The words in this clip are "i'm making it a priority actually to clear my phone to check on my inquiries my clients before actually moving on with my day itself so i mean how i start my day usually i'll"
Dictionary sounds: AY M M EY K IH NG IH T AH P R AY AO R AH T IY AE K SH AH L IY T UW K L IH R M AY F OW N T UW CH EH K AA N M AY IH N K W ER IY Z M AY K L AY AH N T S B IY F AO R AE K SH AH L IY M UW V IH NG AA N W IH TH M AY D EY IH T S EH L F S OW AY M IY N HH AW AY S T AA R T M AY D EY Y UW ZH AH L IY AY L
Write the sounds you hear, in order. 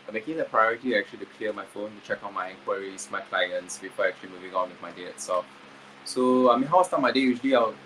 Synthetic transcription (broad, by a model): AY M M EY K IH NG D AH P R AY AO R AH T IY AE K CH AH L IY T UW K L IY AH M AY F OW N T UW CH EH K AA N M AY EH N K W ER IY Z M AY K L AY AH N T S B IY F AO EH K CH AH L IY M UW V IH NG AA N W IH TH M AY D EY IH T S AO F S OW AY M IY N HH AW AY S T AA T M AY D EY Y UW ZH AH L IY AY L